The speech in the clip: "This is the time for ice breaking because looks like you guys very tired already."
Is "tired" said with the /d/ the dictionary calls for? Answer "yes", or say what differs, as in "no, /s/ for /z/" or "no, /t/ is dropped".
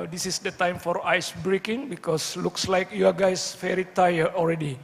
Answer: no, /d/ is dropped